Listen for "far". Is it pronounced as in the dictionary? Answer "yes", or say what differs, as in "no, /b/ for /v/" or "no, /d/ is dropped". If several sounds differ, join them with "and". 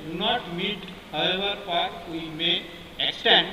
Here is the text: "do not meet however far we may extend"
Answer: no, /p/ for /f/